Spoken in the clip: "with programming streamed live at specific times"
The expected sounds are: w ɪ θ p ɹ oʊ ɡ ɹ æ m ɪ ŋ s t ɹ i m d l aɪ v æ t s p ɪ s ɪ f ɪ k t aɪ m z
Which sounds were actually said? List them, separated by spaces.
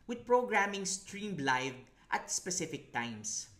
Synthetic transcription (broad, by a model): w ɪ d p ɹ oʊ ɡ ɹ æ m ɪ ŋ s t ɹ i m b l aɪ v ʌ t s p ɪ s ɪ f ɪ k t aɪ m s